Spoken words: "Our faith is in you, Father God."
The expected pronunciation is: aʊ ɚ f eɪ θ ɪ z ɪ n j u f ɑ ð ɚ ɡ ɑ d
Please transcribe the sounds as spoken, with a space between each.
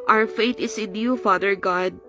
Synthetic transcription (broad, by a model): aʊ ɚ f eɪ t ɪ s ɪ n j u f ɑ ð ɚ ɡ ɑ d